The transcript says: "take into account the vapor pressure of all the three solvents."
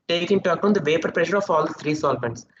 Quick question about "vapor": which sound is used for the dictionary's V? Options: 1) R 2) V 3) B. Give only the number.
2